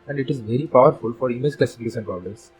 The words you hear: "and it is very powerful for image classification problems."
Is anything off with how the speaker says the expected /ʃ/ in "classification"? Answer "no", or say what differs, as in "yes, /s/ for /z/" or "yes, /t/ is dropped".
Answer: yes, /s/ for /ʃ/